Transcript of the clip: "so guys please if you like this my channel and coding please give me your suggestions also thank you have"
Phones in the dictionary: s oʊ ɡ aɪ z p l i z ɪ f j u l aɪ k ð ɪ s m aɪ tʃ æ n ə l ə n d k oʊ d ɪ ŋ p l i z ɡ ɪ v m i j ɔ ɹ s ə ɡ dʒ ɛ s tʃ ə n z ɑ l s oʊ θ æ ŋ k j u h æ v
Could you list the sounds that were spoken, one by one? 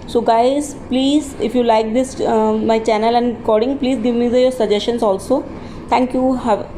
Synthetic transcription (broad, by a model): s oʊ ɡ aɪ z p l i z ɪ f j u l aɪ k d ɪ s m aɪ tʃ æ n ə l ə n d k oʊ d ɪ ŋ p l i z ɡ ɪ v m i j ɔ ɹ s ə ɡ dʒ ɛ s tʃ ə n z ɑ l s oʊ t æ ŋ k j u h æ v